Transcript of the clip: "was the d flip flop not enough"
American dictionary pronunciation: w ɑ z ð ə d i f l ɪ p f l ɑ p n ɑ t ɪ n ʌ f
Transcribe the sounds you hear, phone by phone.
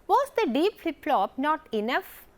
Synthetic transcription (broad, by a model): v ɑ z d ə d i p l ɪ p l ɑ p n ɑ t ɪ n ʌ f